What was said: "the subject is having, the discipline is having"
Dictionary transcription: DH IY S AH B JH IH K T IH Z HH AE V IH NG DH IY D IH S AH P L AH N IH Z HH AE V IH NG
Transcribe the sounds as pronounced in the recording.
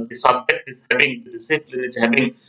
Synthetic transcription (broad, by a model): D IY S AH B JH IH T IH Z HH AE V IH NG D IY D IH S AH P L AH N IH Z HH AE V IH NG